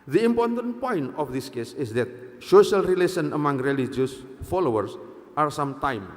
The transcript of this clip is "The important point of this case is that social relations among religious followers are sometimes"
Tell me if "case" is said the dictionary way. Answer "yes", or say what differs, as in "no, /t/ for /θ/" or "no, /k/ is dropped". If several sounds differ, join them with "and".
yes